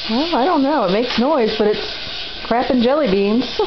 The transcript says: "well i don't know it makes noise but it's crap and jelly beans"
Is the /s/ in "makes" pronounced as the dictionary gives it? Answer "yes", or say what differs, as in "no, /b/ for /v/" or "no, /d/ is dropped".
yes